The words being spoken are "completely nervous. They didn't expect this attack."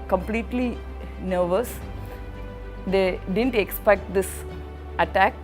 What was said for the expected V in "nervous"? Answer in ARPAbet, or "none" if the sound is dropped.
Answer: V